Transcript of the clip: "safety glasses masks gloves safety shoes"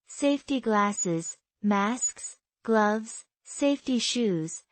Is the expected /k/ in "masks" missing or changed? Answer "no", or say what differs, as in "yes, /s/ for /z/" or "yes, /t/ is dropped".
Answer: no